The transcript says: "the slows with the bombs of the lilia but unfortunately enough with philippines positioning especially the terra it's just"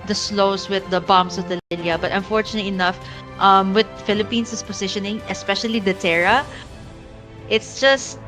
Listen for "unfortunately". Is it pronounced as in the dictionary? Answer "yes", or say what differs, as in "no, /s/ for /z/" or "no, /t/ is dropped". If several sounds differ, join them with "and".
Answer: no, /l/ is dropped